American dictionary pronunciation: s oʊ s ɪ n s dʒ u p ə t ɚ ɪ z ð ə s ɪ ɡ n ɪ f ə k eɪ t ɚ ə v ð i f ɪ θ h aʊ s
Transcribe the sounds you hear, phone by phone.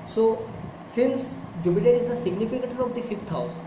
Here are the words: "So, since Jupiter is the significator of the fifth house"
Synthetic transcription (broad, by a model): s oʊ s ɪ n s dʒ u b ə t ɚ ɪ z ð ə s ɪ ɡ n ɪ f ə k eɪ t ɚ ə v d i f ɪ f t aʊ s